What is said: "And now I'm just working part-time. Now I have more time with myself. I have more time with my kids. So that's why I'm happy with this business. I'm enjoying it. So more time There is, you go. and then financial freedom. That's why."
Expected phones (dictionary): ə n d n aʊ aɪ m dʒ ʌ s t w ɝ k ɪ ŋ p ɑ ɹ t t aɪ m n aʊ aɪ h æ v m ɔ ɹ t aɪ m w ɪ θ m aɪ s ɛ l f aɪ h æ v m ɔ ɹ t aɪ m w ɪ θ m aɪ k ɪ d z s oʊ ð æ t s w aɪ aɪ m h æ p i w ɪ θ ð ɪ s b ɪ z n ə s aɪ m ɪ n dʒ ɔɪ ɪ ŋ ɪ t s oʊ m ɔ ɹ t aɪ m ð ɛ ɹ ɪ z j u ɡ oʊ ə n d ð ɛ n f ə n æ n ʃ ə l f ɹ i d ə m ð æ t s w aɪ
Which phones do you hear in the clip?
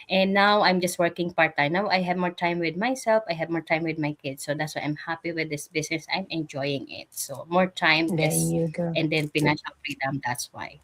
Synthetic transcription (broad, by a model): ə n n aʊ aɪ m dʒ ʌ s t w ɝ k ɪ ŋ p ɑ ɹ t t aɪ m n aʊ aɪ h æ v m ɔ ɹ t aɪ m w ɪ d m aɪ s ɛ l f aɪ h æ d m ɔ ɹ t aɪ m w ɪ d m aɪ k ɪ d s oʊ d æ t s w aɪ aɪ m h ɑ p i w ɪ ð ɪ s b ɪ s n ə s aɪ m ɪ n dʒ ɔɪ ɪ ŋ ɪ t s oʊ m ɔ ɹ t aɪ m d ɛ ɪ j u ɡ ə n d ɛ n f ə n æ n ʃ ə l f ɹ i d ə m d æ t s w aɪ